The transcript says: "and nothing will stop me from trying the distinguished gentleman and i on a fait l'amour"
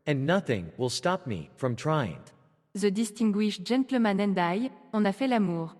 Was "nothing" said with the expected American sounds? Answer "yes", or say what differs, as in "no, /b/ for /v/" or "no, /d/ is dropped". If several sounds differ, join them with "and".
yes